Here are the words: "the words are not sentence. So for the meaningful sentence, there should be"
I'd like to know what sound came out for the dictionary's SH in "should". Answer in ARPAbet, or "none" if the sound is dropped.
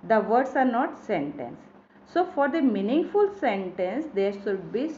S